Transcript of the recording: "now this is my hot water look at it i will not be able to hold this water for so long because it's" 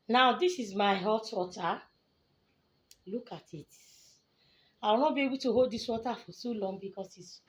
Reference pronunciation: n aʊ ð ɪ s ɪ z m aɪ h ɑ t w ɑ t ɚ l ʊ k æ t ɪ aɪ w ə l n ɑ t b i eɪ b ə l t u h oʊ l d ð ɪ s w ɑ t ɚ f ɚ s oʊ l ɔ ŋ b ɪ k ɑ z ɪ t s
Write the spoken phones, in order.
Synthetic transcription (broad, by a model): n aʊ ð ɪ s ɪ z m aɪ h ɑ t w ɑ t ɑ l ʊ k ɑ t ɪ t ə w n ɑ b i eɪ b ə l t u h oʊ l d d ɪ s w ɑ t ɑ f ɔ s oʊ l ɔ ŋ b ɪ k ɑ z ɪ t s